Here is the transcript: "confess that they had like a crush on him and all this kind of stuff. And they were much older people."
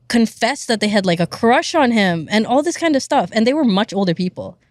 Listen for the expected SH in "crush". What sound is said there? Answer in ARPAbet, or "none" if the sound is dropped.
SH